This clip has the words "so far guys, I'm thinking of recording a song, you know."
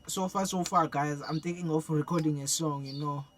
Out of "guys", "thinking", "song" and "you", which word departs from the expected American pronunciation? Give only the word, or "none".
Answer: thinking